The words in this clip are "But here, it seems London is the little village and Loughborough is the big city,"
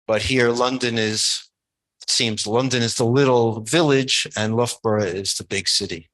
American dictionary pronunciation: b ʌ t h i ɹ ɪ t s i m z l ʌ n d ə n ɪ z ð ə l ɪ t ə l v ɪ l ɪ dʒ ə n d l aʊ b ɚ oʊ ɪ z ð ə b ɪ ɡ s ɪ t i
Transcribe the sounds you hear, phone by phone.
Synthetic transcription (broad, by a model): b ʌ t h i ɹ ɪ t s i m z l ʌ n d ə n ɪ z ð ə l ɪ t l v ɪ l ɪ dʒ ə n l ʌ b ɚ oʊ ɪ z ð ə b ɪ ɡ s ɪ t i